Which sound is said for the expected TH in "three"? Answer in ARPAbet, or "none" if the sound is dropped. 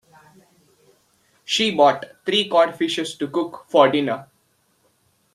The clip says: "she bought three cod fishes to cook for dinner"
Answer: T